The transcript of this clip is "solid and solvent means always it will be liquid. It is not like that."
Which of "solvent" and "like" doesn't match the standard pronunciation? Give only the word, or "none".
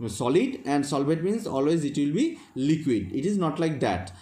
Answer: solvent